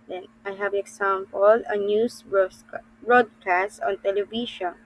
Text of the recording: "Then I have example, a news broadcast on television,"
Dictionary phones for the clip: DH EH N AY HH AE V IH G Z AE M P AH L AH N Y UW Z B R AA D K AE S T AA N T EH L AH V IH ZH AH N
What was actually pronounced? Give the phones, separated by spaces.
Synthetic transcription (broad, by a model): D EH N AY HH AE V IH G S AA M P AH L AH N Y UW S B R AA D K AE S T AA N T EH L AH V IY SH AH N